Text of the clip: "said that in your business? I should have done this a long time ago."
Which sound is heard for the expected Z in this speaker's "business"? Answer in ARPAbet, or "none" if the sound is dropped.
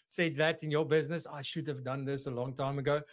Z